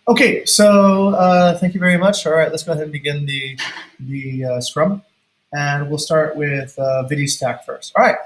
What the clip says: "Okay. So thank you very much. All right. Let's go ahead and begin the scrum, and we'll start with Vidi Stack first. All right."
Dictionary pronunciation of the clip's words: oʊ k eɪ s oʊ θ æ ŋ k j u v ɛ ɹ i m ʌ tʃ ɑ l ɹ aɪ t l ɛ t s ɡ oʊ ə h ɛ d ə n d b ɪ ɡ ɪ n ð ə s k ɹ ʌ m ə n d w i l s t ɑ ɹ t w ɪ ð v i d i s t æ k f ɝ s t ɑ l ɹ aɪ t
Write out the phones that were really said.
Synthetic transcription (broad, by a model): oʊ k eɪ s oʊ θ æ ŋ k j u v ɛ ɹ i m ʌ tʃ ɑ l ɹ aɪ t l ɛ t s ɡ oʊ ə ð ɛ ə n b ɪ ɡ ɪ n ð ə s k ɹ ʌ m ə n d w i l s t ɑ ɹ t w ɪ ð v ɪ d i s t æ k f ɝ s t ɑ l ɹ aɪ t